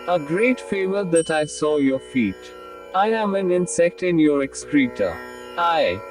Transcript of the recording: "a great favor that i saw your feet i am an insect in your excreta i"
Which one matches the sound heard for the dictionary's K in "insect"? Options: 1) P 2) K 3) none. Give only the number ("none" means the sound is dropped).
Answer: 2